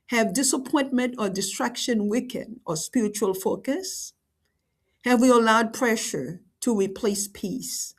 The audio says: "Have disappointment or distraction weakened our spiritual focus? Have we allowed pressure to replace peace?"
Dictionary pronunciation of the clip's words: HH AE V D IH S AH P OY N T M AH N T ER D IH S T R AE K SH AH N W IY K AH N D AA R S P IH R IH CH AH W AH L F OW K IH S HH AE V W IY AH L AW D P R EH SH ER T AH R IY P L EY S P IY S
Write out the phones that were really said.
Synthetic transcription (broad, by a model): HH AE V D IH S AH P OY N T M AH N T ER D IH S T R AE K SH AH N W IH K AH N AA R S P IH R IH CH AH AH L F OW K IH S HH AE V W IY AH L AW D P R EH SH ER T AH R IY P L EY S P IY S